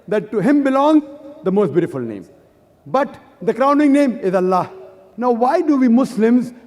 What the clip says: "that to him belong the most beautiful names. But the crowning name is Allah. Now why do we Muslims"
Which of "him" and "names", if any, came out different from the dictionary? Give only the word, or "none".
names